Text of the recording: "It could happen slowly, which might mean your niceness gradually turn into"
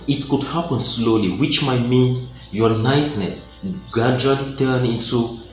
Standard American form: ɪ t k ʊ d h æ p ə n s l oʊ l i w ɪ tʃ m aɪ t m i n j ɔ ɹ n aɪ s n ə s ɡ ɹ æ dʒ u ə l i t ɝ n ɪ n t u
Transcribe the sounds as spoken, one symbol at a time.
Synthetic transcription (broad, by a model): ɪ t k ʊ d h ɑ p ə n s l oʊ l i w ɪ tʃ m aɪ t m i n j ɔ n aɪ s n ə s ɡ ɑ dʒ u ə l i t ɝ n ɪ n t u